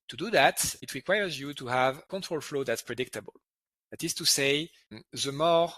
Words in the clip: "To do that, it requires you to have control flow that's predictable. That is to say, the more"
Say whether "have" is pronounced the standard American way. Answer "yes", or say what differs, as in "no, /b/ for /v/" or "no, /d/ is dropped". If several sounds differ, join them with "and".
yes